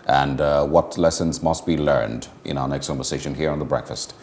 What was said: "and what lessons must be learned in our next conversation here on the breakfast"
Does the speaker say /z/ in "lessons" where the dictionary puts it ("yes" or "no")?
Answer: yes